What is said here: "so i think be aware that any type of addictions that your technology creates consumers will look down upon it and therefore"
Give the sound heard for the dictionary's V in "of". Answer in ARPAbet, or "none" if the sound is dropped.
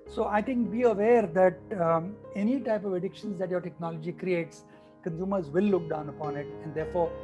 V